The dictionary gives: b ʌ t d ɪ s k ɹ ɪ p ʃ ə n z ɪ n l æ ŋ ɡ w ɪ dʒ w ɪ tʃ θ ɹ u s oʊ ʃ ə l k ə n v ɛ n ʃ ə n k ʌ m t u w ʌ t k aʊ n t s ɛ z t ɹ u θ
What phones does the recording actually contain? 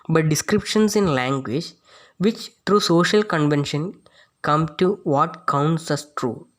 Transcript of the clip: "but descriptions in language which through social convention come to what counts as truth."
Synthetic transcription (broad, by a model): b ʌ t d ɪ s k ɹ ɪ p ʃ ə n s ɪ n l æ ŋ ɡ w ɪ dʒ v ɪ tʃ t ɹ u s oʊ ʃ ə l k ə n v ɛ n ʃ ə n k ʌ m t u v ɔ t k aʊ n t s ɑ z t ɹ u